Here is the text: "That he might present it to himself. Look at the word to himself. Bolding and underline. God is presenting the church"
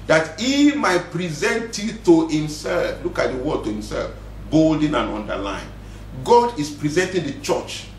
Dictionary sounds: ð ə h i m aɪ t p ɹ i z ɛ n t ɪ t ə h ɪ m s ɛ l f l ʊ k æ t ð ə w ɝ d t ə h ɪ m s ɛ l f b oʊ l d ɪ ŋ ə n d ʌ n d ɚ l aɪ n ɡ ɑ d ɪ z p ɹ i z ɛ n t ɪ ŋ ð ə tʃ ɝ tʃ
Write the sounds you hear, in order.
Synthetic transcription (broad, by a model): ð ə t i m aɪ t p ɹ i z ɛ n t ɪ t ə h ɪ m s ɛ l f l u k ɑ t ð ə w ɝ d t ə h ɪ m s ɛ l f b oʊ l d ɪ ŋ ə n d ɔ n d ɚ l aɪ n ɡ ɑ d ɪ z p ɹ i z ɛ n t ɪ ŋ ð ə tʃ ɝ tʃ